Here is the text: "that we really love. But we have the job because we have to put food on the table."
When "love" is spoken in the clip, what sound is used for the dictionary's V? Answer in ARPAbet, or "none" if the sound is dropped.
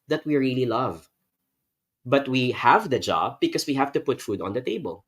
V